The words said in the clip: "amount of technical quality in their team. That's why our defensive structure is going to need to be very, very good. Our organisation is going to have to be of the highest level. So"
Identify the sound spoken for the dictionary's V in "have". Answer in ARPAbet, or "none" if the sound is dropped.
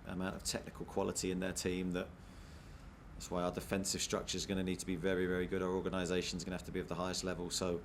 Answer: F